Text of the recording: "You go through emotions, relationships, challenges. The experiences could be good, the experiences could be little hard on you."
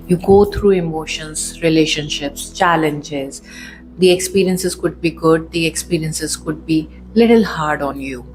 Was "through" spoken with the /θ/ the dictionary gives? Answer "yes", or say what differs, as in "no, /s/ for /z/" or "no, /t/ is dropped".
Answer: no, /t/ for /θ/